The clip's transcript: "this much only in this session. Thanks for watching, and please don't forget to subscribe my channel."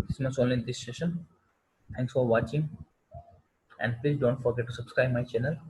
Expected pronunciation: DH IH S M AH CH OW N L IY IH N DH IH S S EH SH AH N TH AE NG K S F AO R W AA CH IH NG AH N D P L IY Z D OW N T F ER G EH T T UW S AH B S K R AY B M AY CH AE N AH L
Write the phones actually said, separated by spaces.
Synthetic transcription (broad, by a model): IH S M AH S OW N L IY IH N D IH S S EH SH AH N T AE NG K S F AO R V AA CH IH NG AH N D P L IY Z D OW N T F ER G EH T T UW S AH B S K R AY B M AY CH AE N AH L